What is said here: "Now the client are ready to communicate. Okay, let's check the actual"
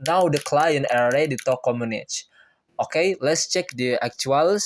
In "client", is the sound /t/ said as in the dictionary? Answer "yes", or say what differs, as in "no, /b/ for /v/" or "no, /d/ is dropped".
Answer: no, /t/ is dropped